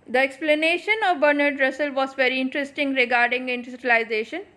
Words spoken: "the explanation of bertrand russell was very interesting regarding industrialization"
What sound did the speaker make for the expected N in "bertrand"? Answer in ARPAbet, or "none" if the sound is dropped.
none